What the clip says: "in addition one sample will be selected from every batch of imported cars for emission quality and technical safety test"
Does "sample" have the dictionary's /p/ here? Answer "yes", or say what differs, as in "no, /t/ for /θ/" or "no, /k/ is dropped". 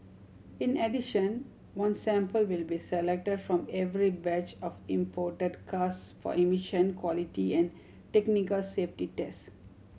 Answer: yes